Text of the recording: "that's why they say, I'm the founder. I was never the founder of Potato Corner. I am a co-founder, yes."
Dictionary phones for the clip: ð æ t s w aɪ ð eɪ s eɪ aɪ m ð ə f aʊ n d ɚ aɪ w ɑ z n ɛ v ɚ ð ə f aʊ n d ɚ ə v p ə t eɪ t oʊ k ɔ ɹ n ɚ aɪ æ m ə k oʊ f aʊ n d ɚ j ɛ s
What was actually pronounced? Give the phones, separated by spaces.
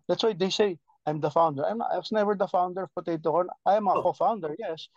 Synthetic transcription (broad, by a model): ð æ t s w aɪ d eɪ s eɪ aɪ m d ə f aʊ n d ɚ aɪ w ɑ s n ɛ v ɚ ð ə f aʊ n d ɚ ə v p ə t eɪ t oʊ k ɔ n aɪ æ m ə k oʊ f aʊ n d ɚ j ɛ s